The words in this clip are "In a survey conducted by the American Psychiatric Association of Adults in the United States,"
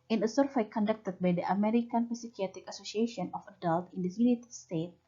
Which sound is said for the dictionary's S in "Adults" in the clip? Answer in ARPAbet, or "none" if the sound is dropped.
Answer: none